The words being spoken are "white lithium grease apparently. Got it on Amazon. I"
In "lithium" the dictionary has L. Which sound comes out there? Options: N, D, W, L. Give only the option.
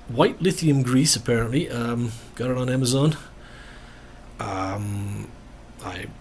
L